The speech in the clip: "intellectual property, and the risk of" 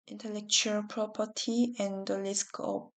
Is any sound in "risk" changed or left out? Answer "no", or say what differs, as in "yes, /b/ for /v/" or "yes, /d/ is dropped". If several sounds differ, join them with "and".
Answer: yes, /l/ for /ɹ/